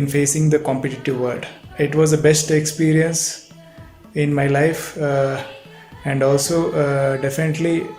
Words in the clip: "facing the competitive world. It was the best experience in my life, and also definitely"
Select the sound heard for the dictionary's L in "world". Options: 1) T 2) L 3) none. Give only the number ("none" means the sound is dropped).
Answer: 3